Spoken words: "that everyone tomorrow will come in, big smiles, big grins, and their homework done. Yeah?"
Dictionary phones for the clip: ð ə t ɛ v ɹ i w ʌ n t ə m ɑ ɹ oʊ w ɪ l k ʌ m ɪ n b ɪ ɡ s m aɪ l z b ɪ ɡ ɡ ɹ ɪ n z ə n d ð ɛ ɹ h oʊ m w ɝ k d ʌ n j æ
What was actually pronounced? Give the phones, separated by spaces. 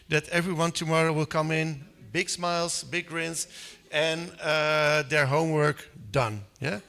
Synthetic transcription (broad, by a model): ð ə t ɛ v ɹ i w ʌ n t ə m ɑ ɹ oʊ w ɪ l k ʌ m ɪ n b ɪ ɡ s m aɪ l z b ɪ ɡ ɡ ɹ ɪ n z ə n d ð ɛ ɹ h oʊ m w ɝ k d ʌ n j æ